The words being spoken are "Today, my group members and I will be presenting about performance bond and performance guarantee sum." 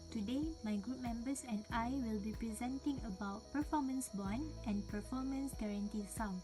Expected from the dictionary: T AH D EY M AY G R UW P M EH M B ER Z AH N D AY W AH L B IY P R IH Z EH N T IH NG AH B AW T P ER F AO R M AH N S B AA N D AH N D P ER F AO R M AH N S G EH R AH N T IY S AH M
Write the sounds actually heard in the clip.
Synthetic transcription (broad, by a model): T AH D EY M AY G R UW P M EH M B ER S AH N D AY W AH L B IY P R IH Z EH N T IH NG AH B AW T P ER F AO M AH N S B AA N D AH N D P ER F AO M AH N S G EH R AH N T IY S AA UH